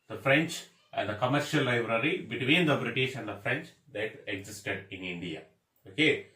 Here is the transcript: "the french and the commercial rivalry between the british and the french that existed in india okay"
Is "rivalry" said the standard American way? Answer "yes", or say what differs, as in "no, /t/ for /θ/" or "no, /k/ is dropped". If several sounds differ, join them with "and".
no, /l/ is dropped